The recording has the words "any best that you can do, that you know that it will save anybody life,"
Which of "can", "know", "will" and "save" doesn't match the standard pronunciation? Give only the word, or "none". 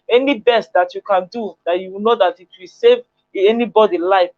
none